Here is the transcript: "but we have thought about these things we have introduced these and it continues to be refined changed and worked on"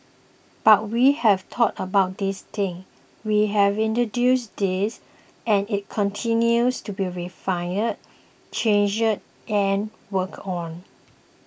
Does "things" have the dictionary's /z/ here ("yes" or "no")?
no